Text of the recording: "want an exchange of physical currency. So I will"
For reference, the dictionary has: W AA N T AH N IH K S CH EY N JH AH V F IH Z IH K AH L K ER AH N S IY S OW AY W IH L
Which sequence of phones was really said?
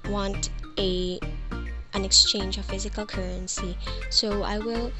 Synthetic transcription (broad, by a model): W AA N T AH N IH K S CH EY N JH AH V F IH Z IH K AH L K ER AH N S IY S OW AY W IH L